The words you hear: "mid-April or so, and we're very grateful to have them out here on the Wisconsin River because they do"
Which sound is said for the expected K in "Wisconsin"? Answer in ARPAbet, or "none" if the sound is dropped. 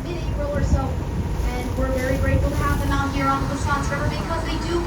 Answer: none